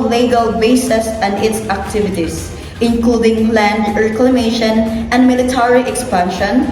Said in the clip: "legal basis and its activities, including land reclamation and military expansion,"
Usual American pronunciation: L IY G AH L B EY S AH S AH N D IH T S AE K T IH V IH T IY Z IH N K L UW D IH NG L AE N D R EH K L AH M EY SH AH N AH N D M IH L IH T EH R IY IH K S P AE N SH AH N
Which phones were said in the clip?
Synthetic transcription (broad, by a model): L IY G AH L B EY S AH S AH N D IH T S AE K T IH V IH T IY S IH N K L UW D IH NG L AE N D R EH K L AH M EY SH AH N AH N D M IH L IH T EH R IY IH K S P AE N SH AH N